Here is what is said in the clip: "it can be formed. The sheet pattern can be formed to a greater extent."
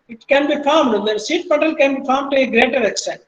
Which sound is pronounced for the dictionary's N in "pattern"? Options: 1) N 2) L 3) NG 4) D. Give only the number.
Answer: 2